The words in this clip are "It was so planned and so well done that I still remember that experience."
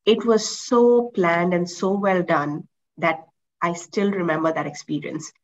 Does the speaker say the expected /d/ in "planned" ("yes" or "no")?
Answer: yes